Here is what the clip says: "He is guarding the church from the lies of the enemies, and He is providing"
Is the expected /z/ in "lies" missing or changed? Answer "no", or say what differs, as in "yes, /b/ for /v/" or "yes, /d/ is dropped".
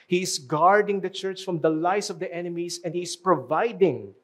yes, /s/ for /z/